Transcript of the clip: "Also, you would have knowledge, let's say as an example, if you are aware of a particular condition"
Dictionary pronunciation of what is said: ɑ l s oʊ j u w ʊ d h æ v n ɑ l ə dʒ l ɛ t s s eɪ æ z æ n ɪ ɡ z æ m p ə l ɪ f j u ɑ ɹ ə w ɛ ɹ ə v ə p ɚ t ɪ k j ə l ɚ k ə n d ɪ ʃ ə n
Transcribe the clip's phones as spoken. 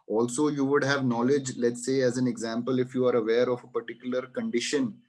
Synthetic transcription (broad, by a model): ɑ l s oʊ j u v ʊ d h æ v n ɑ l ə dʒ l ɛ t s s eɪ æ z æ n ɪ ɡ z æ m p ə l ɪ f j u ɑ ɹ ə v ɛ ɹ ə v ə p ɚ t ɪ k j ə l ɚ k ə n d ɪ ʃ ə n